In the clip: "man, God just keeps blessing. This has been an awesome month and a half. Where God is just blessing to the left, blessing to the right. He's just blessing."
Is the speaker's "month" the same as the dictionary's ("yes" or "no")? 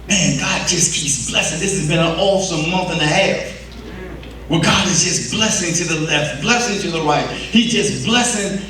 yes